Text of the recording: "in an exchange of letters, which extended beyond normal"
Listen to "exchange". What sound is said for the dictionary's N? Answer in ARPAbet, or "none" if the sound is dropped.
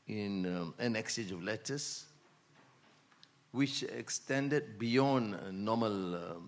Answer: none